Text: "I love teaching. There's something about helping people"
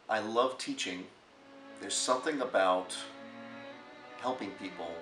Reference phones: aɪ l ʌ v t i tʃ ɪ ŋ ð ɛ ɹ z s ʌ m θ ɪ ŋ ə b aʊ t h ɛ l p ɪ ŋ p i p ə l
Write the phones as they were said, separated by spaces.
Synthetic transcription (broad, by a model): aɪ l ʌ v t i tʃ ɪ ŋ ð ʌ ɹ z s ʌ m θ ɪ ŋ ə b aʊ t h ɛ l p ɪ ŋ p i p l